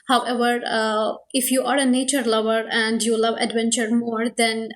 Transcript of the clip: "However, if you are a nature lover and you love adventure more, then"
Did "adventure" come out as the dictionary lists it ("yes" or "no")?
yes